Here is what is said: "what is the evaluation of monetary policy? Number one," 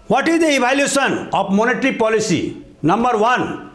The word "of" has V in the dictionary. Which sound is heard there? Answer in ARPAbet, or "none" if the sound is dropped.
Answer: P